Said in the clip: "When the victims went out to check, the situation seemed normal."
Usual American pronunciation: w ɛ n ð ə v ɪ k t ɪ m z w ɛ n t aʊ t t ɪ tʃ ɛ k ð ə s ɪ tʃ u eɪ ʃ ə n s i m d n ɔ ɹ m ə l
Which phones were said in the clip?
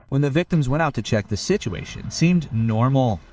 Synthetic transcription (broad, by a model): w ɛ n ð ə v ɪ k t ɪ m z w ɛ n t aʊ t t ɪ tʃ ɛ k ð ə s ɪ tʃ u eɪ ʃ ə n s i m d n ɔ ɹ m l